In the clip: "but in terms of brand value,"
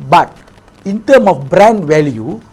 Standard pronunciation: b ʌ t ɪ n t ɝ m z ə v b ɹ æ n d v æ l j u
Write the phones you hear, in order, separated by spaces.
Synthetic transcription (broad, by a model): b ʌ t ɪ n t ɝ m ə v b ɹ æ n d v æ l j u